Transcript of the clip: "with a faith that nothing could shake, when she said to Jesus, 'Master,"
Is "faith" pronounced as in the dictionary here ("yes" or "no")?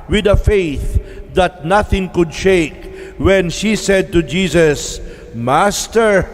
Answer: yes